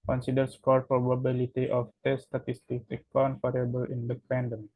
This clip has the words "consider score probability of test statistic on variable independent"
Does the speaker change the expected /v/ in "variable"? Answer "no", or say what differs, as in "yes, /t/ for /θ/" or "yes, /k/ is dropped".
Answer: yes, /f/ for /v/